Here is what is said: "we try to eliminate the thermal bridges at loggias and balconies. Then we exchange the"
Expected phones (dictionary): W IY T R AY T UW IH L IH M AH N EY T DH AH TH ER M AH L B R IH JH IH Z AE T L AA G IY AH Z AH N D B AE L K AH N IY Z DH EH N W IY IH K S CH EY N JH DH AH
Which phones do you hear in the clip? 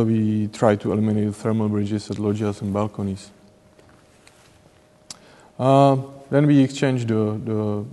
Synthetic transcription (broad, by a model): W IY T R AY T UW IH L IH M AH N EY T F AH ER M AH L B R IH JH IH S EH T L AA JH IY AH S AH N B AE L K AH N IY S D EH N W IY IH K S CH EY N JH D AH